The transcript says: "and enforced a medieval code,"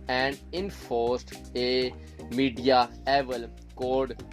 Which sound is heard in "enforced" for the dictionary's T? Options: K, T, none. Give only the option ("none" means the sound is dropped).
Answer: T